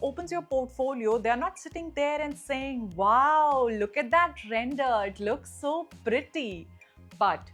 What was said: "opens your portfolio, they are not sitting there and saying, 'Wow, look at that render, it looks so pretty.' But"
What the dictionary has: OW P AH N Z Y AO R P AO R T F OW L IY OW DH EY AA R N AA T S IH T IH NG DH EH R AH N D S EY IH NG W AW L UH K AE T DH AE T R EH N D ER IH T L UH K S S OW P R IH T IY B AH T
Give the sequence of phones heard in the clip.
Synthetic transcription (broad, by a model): OW P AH N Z Y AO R P AO R T F OW L IY OW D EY R N AA T S IH T IH NG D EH R AH N D S EY IH NG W AW L UH K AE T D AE T R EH N D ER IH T L UH K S S OW P R IH T IY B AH T